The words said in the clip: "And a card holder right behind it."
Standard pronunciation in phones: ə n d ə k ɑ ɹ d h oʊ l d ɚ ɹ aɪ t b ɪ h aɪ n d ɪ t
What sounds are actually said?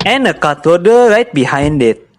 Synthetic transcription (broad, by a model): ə n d ə k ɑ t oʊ d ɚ ɹ aɪ t b ɪ h aɪ n d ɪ t